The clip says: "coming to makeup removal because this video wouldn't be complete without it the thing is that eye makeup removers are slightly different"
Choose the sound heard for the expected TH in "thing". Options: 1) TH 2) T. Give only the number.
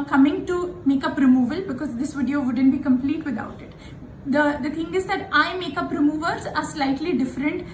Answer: 2